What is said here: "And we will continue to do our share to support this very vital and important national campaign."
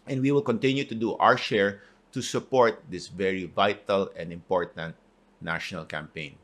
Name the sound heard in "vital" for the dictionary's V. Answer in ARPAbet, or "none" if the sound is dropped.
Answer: V